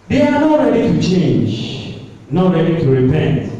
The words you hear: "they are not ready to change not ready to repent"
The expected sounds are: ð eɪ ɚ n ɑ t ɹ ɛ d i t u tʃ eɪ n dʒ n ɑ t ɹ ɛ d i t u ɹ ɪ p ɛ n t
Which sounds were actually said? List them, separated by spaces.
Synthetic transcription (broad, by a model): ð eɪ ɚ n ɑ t ɹ ɛ d i t u tʃ eɪ n dʒ n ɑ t ɹ ɛ d i t u ɹ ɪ p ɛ n t